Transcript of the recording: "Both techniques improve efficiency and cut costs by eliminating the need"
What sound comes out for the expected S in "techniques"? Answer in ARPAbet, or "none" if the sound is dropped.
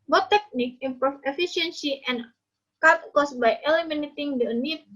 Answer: none